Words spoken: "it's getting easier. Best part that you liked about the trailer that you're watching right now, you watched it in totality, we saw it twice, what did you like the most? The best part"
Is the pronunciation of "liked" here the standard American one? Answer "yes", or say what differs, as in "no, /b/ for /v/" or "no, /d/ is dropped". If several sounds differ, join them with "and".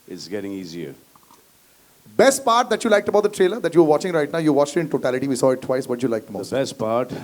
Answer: yes